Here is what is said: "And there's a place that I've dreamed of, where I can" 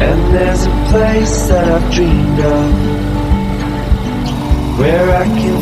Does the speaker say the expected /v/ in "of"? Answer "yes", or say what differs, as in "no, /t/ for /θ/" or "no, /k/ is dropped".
no, /p/ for /v/